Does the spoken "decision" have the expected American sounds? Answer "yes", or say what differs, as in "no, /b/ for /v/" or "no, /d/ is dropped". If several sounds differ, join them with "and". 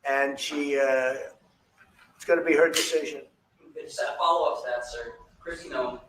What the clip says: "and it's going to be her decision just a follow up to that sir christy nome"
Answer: yes